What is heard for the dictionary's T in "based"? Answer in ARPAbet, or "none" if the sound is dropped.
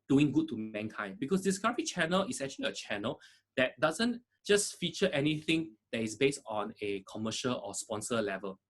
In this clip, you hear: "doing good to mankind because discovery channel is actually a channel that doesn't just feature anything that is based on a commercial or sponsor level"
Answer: T